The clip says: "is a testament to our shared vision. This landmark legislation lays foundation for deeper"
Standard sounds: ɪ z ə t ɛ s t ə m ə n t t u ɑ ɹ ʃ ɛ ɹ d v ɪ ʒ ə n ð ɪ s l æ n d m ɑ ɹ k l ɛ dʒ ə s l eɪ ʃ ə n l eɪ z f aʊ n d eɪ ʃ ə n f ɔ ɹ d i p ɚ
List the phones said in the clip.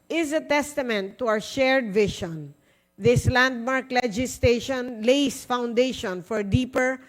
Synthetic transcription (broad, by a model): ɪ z ə t ɛ s t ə m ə n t t u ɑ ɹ ʃ ɛ ɹ d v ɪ ʃ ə n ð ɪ s l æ n d m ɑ ɹ k l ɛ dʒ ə s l eɪ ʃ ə n l eɪ s f aʊ n d eɪ ʃ ə n f ɔ ɹ d i p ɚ